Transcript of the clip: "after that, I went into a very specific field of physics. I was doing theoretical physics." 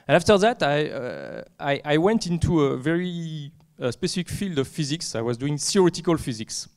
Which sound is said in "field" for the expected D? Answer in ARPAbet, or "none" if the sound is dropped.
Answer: D